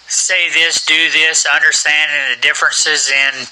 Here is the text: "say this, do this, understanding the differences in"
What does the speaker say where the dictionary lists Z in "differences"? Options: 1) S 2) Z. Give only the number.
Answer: 2